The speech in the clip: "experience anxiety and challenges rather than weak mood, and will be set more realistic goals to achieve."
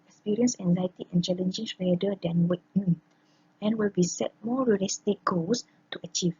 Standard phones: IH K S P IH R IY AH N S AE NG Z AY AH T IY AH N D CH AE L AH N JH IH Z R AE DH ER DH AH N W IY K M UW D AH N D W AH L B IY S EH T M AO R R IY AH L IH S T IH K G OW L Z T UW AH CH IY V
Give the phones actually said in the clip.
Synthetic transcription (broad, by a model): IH K S P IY R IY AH N S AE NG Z AY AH T IY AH N CH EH L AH N JH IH S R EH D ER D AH N W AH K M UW AH N W AH L B IY S EH T M AO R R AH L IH S T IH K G OW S T UW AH CH IY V